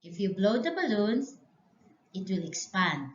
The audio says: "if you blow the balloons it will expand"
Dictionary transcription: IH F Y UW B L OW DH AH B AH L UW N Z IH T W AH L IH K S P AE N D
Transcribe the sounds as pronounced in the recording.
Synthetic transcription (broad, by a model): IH F Y UW B L OW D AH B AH L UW N S IH T W AH L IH K S P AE N D